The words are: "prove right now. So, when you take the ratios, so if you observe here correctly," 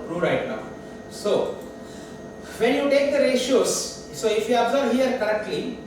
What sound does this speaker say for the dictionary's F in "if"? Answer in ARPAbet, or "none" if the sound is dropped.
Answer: F